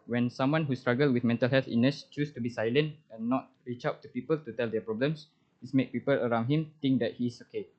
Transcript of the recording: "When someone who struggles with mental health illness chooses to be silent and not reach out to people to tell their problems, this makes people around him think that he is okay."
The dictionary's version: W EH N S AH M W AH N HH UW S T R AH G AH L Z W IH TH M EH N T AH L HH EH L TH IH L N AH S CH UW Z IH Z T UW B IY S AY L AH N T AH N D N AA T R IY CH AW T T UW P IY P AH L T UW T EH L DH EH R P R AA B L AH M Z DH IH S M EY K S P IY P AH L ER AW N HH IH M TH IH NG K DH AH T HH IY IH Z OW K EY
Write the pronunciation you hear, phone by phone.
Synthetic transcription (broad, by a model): W EH N S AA M W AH N HH UW S T R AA G AH L W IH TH M EH N T AH L HH EH L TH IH N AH S CH UW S T UW B IY S AY L AH N T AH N N AA T R IY CH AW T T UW P IY P AH L T UW T EH L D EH P R AA B L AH M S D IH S M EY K P IY P AH L ER AW N HH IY M T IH NG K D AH T HH IY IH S OW K EY